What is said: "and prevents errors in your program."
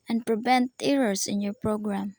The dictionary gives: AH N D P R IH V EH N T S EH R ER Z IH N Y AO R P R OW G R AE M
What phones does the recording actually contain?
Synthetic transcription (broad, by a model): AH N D P R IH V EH N T EH R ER S IH N Y AO R P R OW G R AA M